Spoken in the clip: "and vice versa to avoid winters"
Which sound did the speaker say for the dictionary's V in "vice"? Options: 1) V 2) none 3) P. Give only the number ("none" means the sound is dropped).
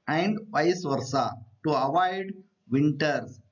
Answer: 3